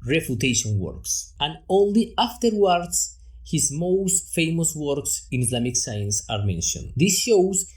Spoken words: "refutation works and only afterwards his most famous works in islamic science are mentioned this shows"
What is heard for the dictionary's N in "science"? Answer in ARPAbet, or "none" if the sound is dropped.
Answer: N